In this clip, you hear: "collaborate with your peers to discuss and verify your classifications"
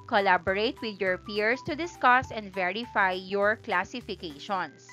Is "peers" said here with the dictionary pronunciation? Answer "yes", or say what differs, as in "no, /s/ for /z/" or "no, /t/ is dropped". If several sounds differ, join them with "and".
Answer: no, /s/ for /z/